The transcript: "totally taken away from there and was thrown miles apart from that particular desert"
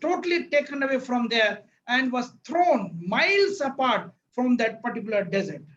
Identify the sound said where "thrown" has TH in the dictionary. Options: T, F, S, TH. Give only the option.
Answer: T